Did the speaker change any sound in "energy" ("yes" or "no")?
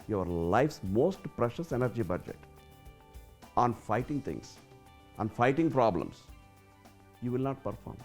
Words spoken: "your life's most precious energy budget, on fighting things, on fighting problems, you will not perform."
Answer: no